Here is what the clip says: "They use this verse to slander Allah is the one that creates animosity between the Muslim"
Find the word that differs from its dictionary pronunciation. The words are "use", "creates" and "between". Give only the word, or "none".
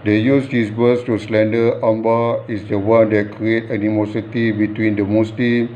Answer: creates